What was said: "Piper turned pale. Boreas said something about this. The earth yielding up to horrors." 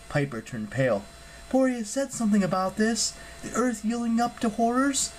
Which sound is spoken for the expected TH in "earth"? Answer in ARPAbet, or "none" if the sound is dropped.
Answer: TH